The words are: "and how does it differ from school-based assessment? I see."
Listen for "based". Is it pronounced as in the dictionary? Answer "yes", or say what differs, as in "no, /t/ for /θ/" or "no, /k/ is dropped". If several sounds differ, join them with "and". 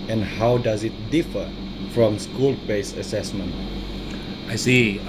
no, /t/ is dropped